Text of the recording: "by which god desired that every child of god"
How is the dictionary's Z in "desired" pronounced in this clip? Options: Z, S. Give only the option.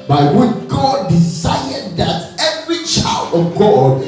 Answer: S